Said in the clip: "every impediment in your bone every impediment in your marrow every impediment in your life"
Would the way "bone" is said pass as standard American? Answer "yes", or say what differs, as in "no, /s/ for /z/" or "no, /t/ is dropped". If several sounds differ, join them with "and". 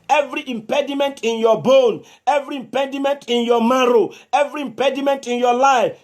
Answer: yes